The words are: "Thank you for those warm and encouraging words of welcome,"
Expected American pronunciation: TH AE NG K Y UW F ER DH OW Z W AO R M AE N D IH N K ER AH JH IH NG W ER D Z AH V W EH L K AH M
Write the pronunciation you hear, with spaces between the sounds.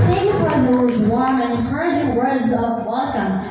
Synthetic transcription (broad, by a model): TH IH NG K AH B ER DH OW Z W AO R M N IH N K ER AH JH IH W ER D Z AH V W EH L K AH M